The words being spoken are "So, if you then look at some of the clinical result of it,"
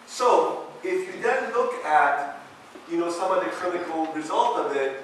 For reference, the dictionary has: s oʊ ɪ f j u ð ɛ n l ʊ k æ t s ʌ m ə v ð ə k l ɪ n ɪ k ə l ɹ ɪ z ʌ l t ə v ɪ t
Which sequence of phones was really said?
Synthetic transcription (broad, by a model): s oʊ ɪ f j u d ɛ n l ʊ k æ t s ʌ m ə ð ə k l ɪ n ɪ k l ɹ ɪ z ʌ l t ə v ɪ t